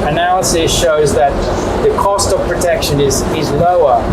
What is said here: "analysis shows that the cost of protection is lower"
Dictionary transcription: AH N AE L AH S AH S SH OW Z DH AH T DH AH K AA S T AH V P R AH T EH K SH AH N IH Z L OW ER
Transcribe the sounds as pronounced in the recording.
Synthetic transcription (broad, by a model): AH N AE L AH S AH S SH OW Z DH AH T DH AH K AA S T AH V P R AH T EH K SH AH N IH Z L OW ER